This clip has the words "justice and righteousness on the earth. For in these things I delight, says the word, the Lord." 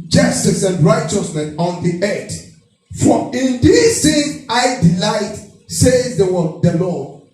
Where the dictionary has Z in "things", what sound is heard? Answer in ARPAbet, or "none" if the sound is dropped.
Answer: none